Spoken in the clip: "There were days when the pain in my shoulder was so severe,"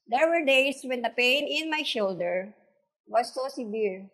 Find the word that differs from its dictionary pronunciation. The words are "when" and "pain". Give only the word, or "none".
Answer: none